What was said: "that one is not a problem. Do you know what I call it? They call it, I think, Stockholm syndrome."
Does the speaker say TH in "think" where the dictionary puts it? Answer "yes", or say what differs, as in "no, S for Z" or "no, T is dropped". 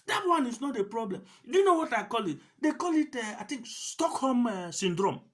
no, T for TH